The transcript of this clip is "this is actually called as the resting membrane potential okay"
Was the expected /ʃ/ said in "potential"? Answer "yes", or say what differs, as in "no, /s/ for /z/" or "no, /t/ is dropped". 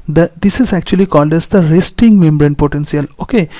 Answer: no, /s/ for /ʃ/